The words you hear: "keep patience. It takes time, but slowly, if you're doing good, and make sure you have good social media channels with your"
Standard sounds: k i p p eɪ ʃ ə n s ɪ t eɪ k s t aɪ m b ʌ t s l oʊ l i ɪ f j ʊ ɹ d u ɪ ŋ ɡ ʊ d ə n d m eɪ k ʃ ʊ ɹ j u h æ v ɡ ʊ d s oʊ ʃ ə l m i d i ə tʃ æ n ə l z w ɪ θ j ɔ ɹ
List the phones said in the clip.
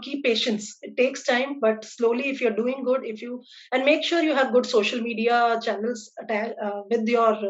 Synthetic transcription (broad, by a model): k i p p eɪ ʃ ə n s ɪ t eɪ k s t aɪ m b ʌ t s l oʊ l i ɪ f j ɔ ɹ d u ɪ ŋ ɡ ʊ d ə n d m eɪ k ʃ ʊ ɹ j u h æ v ɡ ʊ d s oʊ ʃ ə l m i d i ə tʃ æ n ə l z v ɪ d j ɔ ɹ